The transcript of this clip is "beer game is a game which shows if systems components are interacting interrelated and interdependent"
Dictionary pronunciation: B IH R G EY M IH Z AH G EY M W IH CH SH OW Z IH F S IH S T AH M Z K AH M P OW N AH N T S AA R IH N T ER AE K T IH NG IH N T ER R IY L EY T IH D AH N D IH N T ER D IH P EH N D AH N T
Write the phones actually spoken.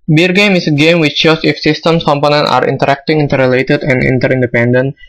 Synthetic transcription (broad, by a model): B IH R G EY M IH S AH G EY M W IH CH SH OW S IH F S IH S T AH M S K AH M P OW N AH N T AA R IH N T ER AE K T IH NG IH N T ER R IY L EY T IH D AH N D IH N T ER D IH P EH N D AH N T